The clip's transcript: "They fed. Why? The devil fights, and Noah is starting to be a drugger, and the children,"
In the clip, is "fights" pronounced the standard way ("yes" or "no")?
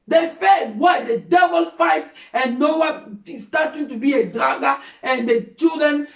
no